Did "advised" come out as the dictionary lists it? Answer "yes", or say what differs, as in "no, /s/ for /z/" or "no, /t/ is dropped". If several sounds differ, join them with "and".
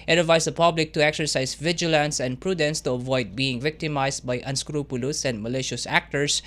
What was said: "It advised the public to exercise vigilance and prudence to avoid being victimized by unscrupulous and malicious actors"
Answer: no, /s/ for /z/